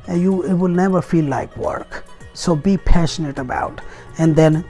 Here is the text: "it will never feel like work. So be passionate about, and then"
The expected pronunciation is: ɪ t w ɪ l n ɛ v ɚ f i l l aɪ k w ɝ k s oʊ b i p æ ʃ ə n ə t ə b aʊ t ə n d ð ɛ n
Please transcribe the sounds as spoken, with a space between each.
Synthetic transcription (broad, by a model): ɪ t w ɪ l n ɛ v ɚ f i l l aɪ k w ɝ k s oʊ b i p æ ʃ ə n ə t ə b aʊ t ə n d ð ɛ n